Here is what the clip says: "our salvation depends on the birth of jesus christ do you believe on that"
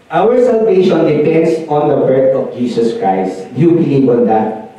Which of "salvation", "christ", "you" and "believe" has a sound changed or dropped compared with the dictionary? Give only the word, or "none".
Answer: believe